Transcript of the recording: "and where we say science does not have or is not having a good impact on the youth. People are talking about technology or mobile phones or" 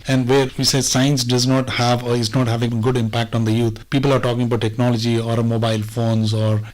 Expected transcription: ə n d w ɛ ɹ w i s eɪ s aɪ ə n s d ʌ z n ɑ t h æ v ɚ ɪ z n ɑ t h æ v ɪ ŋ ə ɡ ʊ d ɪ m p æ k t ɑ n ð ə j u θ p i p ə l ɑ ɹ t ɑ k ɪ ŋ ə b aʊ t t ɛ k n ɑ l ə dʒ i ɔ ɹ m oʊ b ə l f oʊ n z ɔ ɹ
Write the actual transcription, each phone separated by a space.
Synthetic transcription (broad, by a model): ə n d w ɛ ɹ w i s eɪ s aɪ ə n s d ʌ z n ɑ t h æ v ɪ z n ɑ t h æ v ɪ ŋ ɡ ʊ d ɪ m p æ k t ɑ n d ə j u t p i p ə l ɑ ɹ t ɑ k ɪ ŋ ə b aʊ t t ɛ k n ɑ l ə dʒ i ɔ ɹ m oʊ b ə l f oʊ n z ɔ ɹ